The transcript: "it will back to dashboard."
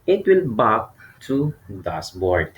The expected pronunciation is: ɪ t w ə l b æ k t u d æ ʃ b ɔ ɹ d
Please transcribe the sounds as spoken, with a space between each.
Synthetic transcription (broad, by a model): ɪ t w ə l b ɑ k t u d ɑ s b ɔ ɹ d